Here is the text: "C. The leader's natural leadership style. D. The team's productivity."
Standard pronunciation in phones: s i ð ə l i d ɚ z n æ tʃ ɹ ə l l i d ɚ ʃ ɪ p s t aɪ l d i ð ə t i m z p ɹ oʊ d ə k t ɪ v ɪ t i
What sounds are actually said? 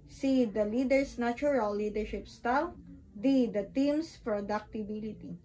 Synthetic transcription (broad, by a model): s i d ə l i d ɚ s n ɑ tʃ ɹ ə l l i d ɚ ʃ ɪ p s t aɪ l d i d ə t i m s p ɹ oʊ d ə k t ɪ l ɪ t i